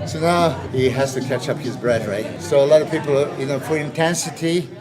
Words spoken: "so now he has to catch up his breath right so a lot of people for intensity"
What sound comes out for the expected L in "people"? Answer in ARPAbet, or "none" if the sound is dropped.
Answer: N